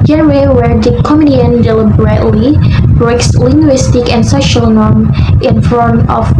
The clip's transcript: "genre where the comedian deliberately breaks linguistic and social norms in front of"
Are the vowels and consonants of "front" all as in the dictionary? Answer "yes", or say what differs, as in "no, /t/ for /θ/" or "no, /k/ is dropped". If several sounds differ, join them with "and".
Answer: no, /ɹ/ is dropped